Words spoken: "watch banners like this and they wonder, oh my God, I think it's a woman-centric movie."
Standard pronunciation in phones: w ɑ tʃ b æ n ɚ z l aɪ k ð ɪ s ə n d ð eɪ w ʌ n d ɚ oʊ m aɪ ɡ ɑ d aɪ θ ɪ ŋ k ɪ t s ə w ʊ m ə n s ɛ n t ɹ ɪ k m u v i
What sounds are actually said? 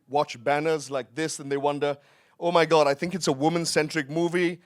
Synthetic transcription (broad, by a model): w ɑ tʃ b æ n ɚ z l aɪ k ð ɪ s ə n ð eɪ w ʌ n d ɚ oʊ m aɪ ɡ ɑ d aɪ θ ɪ ŋ k ɪ t s ə w ʊ m ə n s ɛ n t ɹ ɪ k m u v i